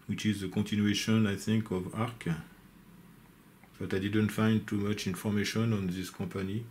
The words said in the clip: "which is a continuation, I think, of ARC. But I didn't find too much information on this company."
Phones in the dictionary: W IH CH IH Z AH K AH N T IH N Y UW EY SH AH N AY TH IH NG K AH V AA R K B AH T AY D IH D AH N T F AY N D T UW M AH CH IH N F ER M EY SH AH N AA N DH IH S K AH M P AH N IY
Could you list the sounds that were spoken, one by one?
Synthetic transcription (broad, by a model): W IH CH IH Z AH K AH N T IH N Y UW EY SH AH N AY TH IH NG K AH V AA R K B AH T AY D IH D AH N T F AY N D T UW M AH CH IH N F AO M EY SH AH N AA N DH IH S K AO P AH N IY